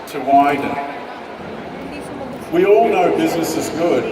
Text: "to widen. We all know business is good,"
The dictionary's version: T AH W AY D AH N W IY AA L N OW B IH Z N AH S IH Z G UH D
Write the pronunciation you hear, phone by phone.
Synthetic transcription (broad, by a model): T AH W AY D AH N W IY AA L N OW B IH Z N AH S IH Z G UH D